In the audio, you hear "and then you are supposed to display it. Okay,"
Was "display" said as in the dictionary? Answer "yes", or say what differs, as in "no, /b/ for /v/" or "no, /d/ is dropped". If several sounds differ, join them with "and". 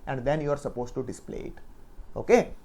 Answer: yes